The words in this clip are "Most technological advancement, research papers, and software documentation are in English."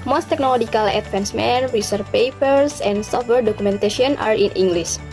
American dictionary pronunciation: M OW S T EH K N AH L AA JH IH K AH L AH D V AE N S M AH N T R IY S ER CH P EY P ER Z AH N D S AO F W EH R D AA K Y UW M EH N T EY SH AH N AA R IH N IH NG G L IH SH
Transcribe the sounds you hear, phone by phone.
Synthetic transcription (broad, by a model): M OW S T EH K N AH L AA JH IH K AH L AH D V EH N S M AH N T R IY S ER P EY P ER S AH N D S AO F W EH R D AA K UW M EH N T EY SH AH N AA R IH N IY NG G L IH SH